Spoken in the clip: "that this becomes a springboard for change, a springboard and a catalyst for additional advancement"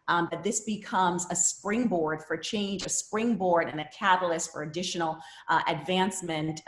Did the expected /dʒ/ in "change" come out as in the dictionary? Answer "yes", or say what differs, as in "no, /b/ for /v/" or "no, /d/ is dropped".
yes